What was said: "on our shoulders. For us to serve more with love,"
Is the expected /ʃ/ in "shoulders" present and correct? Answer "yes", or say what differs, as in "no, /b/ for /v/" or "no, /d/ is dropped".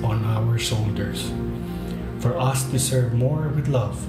no, /s/ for /ʃ/